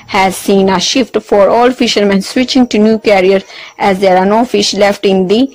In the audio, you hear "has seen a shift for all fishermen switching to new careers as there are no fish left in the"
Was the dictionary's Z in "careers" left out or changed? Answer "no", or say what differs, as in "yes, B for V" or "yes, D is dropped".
yes, Z is dropped